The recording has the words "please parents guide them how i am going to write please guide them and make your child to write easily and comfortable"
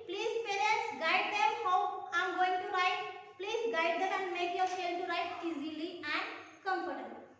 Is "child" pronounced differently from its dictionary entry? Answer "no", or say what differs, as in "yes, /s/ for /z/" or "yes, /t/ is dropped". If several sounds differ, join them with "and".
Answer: yes, /ʃ/ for /tʃ/